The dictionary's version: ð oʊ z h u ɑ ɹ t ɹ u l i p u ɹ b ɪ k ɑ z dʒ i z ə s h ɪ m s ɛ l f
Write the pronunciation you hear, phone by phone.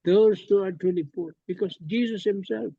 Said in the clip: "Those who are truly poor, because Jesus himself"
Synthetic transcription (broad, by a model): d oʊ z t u ɑ ɹ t ɛ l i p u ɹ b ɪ k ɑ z dʒ i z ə s h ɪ m s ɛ l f